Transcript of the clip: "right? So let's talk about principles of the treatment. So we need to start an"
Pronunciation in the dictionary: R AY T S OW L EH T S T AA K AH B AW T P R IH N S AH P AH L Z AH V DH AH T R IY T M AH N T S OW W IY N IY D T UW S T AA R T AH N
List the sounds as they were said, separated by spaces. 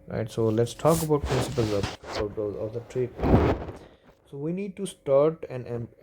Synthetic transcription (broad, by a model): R AY T S OW L EH T S T AA K AH B AW T P R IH N S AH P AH L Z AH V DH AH T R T AH T S OW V IY N IY D T UW S T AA R T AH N